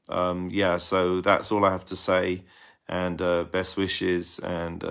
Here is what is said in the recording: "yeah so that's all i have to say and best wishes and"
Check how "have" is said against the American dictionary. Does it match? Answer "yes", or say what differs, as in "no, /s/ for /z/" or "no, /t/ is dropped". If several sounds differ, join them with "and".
no, /f/ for /v/